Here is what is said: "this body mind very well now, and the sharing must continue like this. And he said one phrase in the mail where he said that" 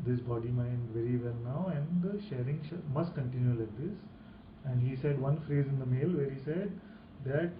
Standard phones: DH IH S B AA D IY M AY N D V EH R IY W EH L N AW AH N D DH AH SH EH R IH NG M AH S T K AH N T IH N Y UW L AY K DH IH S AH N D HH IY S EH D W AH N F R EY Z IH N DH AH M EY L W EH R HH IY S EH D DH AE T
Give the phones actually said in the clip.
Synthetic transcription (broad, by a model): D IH S B AA D IY M AY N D V EH R IY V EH L N AW AH N D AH SH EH R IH NG M AH S T K AH N T IH N Y UW L AY K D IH S AH N D HH IY S EH D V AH N F R EY Z IH N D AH M EY L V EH R HH IY S EH D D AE T